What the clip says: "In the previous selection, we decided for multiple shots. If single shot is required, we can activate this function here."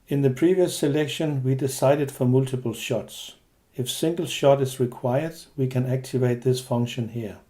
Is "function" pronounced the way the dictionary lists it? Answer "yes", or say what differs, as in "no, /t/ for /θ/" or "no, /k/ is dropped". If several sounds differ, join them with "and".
yes